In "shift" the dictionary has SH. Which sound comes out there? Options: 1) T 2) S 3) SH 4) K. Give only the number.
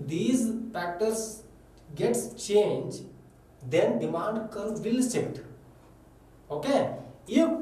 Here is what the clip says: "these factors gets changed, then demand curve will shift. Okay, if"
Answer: 2